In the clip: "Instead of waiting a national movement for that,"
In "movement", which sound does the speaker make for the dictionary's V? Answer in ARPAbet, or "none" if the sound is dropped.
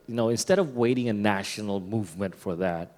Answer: V